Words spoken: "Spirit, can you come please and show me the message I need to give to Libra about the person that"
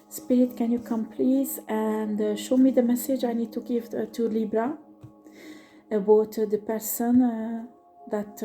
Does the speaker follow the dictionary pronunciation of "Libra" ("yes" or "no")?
yes